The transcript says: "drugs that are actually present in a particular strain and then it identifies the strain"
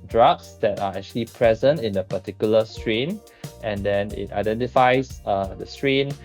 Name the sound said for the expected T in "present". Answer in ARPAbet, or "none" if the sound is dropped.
T